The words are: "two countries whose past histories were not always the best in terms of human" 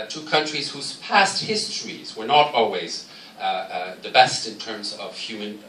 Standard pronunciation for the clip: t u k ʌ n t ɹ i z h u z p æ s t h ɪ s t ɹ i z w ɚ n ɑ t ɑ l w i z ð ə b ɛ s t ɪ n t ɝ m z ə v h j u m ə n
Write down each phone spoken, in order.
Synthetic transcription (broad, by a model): t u k ʌ n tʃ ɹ i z h u z p æ s t h ɪ s t ɹ i z w ɚ n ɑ t ɑ l w i z ð ə b ɛ s t ɪ n t ɝ m z ə v h j u m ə n